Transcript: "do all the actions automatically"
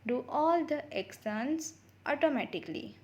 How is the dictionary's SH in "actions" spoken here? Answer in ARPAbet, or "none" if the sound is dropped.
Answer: S